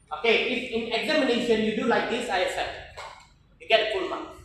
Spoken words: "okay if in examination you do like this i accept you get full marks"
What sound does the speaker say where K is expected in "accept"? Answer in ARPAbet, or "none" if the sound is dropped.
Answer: none